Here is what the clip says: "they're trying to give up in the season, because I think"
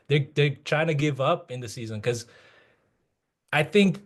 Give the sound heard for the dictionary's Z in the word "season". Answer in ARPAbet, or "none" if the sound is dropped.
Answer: Z